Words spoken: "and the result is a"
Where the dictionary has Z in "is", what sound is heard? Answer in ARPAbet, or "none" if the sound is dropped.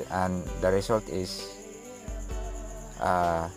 S